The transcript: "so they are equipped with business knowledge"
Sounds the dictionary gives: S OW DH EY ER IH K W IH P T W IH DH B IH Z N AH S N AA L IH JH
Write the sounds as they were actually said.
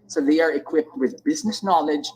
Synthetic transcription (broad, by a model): S OW DH EY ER IH K W IH P T W IH DH B IH Z N AH S N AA L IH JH